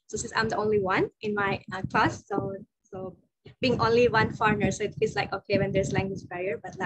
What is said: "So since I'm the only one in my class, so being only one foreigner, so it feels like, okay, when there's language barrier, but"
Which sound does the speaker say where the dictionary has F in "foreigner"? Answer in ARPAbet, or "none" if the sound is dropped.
F